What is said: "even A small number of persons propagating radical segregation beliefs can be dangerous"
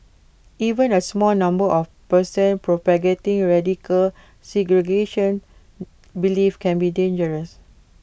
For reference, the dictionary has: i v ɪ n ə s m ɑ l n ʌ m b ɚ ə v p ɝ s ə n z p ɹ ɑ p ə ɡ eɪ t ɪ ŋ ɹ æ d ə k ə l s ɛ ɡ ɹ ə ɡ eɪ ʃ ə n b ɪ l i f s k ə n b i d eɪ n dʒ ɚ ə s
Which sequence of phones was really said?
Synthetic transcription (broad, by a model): i v ɪ n ə s m ɑ l n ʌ m b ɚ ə f p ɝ s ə n p ɹ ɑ p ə ɡ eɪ t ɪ ŋ ɹ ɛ d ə k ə l s ɛ ɡ ɹ ə ɡ eɪ ʃ ə n b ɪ l i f k ə n b i d eɪ n dʒ ɚ ə s